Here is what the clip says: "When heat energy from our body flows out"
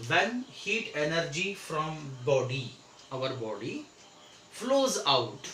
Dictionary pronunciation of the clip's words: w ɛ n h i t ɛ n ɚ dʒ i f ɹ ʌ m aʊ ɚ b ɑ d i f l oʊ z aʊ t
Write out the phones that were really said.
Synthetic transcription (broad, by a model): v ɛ n h i t ɛ n ɚ dʒ i f ɹ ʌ m aʊ ɚ b ɑ d i f l oʊ z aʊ t